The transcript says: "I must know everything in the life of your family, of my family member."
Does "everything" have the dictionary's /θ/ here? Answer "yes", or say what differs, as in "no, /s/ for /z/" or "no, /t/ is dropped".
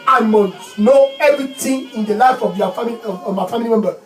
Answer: no, /t/ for /θ/